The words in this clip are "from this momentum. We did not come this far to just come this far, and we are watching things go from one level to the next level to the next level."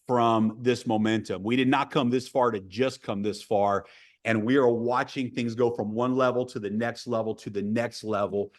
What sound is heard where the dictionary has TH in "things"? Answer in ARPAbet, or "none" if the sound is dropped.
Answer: TH